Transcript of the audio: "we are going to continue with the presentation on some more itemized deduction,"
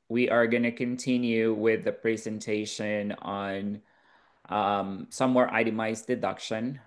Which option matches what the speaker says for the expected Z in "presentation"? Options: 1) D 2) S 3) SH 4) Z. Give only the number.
4